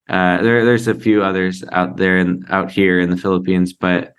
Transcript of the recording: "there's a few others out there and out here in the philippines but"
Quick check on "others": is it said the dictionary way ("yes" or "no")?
yes